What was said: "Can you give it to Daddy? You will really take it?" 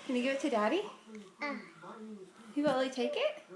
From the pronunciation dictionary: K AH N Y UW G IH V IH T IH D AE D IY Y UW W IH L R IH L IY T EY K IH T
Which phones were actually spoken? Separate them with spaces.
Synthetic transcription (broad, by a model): K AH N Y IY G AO IH T IH D AE D IY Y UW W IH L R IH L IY T EY K IH T